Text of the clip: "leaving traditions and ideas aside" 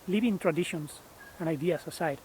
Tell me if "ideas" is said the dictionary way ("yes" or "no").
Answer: no